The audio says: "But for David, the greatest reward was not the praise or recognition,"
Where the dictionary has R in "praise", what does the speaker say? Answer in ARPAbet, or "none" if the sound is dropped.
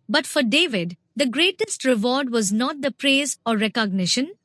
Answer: R